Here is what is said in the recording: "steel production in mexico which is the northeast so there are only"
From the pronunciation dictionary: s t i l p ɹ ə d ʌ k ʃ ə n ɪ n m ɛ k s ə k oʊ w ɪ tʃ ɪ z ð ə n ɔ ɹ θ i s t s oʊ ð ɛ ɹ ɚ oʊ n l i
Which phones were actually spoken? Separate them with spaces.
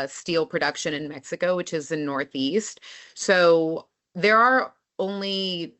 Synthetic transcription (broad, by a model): s t i l p ɹ ə d ʌ k ʃ ə n ɪ n m ɛ k s ə k oʊ w ɪ tʃ ɪ z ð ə n ɔ ɹ θ i s t s oʊ ð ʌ ɹ ɚ oʊ n l i